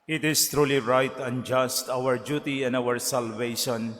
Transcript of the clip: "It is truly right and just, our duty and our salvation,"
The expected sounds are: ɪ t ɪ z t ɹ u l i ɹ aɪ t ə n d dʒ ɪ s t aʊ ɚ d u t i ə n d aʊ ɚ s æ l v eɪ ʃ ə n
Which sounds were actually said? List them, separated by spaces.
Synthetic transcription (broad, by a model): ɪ t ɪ s t ɹ u l i ɹ aɪ t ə n dʒ ɪ s t aʊ ɚ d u t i ə n d aʊ ɚ s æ l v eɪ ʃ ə n